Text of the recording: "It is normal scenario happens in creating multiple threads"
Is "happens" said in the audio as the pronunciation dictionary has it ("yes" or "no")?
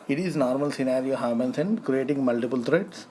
no